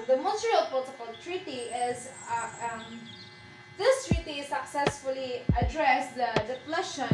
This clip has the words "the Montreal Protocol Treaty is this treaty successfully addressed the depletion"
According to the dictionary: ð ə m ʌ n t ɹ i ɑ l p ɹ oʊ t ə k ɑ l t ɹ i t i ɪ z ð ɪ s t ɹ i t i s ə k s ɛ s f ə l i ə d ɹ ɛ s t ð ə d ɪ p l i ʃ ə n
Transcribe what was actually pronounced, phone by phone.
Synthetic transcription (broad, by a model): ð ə m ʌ t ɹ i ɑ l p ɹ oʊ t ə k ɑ l t ɹ i t i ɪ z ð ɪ s t ɹ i t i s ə k s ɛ s f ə l i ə d ɹ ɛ s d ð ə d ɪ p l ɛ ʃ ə n